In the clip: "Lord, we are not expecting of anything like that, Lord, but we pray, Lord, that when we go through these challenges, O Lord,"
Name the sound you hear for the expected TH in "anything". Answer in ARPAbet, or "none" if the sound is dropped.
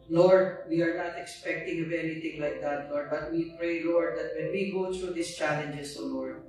T